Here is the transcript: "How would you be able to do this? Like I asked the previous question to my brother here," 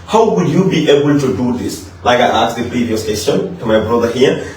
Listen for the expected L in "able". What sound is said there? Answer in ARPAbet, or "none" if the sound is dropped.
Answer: L